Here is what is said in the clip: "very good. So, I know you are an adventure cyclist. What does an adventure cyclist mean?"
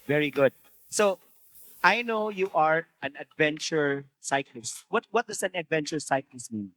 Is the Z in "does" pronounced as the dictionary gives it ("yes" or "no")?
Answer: no